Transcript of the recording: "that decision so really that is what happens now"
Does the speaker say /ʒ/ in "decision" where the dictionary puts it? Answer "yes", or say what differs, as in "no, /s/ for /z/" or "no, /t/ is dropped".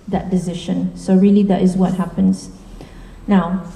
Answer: no, /ʃ/ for /ʒ/